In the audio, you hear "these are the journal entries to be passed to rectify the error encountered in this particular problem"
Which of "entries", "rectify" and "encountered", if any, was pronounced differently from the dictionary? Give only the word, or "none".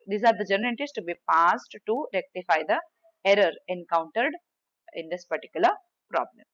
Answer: entries